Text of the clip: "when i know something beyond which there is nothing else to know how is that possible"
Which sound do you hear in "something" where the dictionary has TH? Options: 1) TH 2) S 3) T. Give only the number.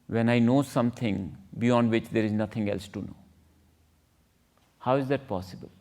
3